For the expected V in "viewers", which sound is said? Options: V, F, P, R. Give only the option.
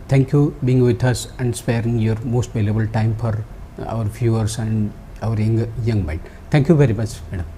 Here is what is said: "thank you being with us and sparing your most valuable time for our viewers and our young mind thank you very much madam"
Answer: F